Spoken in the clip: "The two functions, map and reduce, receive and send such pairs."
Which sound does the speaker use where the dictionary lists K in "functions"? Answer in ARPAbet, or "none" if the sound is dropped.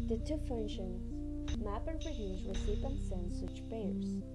none